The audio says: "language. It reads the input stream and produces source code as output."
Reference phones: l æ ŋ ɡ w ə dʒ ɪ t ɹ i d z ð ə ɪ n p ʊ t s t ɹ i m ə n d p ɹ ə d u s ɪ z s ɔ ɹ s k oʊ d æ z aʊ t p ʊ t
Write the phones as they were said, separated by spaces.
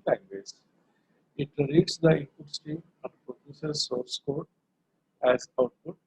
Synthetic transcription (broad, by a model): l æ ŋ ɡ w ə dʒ ɪ t ɹ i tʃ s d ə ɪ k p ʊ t s t i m ə n d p ɹ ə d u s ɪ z s ɔ ɹ s k oʊ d æ z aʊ t p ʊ t